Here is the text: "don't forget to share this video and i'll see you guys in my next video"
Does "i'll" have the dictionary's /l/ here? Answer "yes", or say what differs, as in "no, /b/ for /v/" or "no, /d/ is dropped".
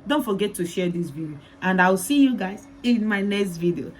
no, /w/ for /l/